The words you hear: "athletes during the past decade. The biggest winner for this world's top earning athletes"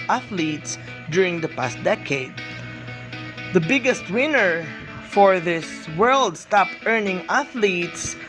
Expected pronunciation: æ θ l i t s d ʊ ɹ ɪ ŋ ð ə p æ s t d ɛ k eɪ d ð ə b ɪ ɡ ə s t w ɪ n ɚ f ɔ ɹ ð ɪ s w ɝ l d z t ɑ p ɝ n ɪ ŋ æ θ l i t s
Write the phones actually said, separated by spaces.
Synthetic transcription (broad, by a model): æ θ l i t s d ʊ ɹ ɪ ŋ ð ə p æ s t d ɛ k eɪ d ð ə b ɪ ɡ ə s t w ɪ n ɚ f ɔ ɹ ð ɪ s w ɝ l d s t ɑ p ɝ n ɪ ŋ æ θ l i t s